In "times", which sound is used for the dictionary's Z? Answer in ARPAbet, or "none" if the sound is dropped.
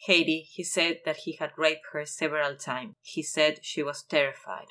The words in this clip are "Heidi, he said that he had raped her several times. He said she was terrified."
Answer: none